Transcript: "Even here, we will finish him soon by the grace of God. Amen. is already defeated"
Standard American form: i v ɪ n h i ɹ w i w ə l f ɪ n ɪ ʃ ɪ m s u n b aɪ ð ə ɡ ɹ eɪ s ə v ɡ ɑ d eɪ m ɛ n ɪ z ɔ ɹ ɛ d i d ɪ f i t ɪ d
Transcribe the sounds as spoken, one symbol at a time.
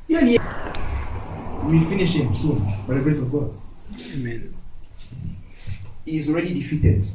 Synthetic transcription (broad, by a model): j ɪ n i w i f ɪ n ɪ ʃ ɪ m s u n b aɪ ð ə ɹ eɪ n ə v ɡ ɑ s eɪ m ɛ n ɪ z ɔ ɹ ɛ d i d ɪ f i t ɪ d